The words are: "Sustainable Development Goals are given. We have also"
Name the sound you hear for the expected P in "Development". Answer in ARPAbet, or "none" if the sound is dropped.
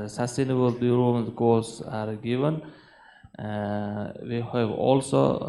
none